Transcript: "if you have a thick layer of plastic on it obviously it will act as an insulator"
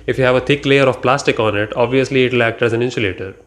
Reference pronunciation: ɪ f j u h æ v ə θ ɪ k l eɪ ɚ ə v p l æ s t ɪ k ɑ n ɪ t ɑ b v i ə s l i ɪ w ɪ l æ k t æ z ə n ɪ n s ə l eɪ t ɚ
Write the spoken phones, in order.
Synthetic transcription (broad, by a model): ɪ f j u h æ v ə t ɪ k l eɪ ɚ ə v p l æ s t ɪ k ɑ n ɪ t ɑ b v i ə s l i ɪ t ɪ l æ k t æ z ə n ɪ n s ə l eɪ t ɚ